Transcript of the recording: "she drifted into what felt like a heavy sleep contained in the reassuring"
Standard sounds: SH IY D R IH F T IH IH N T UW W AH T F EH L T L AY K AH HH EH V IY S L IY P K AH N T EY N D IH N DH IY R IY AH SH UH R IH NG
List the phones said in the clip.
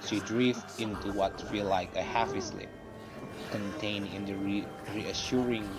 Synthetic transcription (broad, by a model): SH IY D R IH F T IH IH N T UW W AH T F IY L L AY K AH HH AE F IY S L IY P K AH N T EY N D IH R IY R IY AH SH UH R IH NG